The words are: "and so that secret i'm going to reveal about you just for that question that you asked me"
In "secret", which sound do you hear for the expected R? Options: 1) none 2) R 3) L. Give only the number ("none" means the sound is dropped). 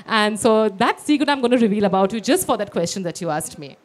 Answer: 1